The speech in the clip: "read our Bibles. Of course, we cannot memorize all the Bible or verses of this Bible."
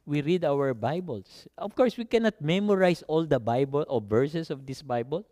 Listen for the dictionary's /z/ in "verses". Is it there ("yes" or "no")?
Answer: no